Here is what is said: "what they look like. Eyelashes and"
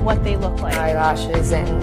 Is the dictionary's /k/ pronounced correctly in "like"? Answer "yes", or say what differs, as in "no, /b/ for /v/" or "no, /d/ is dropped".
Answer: no, /k/ is dropped